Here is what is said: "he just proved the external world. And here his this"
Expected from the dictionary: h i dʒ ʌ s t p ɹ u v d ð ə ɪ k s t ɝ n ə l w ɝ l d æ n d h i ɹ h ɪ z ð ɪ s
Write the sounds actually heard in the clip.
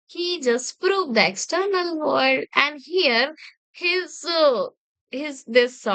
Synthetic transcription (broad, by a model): h i dʒ ʌ s t p ɹ u v d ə ɪ k s t ɝ n ə l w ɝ d æ n d h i ɹ h ɪ z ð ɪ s